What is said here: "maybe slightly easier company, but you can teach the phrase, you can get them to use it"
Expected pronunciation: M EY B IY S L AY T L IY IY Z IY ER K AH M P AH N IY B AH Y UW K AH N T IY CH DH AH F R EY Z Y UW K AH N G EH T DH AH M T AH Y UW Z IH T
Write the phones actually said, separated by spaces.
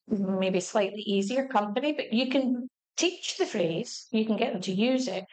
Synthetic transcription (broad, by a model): M EY B IY S L AY T L IY IY Z IY ER K AH M P AH N IY B AH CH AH K AH N T IY CH DH AH F R EY Z Y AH K AH N G EH T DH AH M T AH Y UW Z IH T